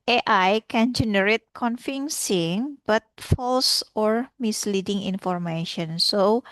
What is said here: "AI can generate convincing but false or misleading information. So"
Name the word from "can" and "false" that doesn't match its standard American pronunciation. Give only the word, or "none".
none